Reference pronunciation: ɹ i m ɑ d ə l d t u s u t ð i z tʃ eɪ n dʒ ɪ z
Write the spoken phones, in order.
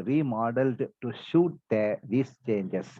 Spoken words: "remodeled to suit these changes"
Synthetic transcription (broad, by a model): ɹ i m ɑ d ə l d t u ʃ u t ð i s tʃ eɪ n dʒ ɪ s